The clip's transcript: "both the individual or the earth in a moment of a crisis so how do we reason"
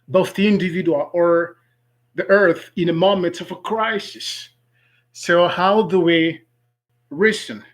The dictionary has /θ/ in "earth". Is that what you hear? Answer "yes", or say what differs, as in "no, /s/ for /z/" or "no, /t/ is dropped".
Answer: yes